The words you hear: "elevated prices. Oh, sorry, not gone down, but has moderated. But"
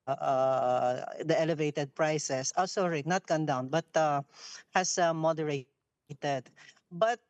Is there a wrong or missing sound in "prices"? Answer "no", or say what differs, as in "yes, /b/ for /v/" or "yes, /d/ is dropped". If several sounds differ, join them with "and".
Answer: yes, /s/ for /z/